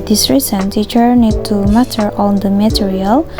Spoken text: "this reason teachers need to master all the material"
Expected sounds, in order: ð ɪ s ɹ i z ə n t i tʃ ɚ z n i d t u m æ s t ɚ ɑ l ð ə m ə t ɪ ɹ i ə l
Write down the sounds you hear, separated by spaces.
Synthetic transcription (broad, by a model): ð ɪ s ɹ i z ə n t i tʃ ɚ n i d t u m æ t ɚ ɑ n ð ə m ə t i ɹ i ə l